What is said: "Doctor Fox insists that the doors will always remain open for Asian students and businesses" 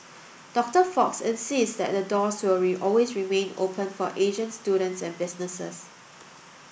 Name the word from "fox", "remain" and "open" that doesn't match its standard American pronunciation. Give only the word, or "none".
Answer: none